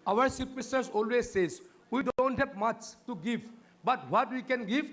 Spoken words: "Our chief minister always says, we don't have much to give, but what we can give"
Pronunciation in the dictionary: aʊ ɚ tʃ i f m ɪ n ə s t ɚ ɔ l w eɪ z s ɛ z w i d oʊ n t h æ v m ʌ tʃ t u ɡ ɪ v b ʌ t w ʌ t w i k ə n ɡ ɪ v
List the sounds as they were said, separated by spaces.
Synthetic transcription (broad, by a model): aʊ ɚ s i p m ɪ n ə s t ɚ ɔ l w eɪ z s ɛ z w i d oʊ n t h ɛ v m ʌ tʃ t u ɡ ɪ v b ʌ t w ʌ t w i k ə n ɡ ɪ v